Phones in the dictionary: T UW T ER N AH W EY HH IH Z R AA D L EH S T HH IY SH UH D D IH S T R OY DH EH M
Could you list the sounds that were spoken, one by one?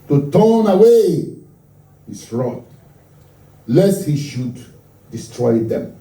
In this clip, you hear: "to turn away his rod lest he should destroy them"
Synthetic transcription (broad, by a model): T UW T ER N AH W EY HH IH S R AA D L EH S T HH IY SH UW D D IH S T R OY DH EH M